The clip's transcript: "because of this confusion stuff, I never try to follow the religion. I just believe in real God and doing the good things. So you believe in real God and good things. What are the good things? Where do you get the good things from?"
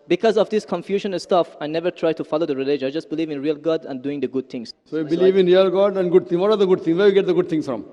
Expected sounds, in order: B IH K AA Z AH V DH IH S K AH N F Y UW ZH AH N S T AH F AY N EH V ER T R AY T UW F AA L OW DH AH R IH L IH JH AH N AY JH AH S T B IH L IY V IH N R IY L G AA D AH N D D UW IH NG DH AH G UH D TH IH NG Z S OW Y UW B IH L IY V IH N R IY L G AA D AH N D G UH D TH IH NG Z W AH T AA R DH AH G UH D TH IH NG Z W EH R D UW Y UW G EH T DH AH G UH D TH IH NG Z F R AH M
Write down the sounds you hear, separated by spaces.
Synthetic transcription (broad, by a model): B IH K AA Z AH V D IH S K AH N F Y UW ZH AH N S T AH F AY N EH V ER T R AY T UW F AA L OW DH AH R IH L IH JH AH IH JH AH S T B IH L IY V IH N R IY L G AA D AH N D D UW IH NG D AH G UH D T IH NG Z S OW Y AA B IH L IY V IH N R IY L G AA D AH N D G UH D T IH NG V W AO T AA R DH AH G UH D T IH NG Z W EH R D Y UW G EH T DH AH G UH D T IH NG S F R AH M